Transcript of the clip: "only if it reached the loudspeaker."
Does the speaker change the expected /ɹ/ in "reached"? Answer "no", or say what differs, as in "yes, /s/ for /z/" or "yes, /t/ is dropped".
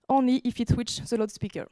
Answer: yes, /w/ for /ɹ/